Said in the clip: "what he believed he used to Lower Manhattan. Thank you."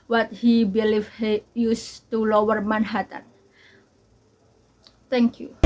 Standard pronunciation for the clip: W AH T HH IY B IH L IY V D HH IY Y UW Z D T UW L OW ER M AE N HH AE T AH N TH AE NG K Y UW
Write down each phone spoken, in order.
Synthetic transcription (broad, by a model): W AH T HH IY B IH L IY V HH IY Y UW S T UW L OW ER M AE N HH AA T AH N T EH NG K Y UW